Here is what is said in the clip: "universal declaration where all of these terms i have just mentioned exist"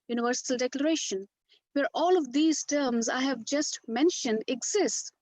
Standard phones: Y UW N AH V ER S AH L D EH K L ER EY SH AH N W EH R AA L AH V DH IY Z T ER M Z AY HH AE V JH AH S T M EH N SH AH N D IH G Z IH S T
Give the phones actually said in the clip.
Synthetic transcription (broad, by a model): Y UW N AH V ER S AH L D EH K L ER EY SH AH N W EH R AA L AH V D IY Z T ER M Z AY HH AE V JH AH S T M EH N SH AH N D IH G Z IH S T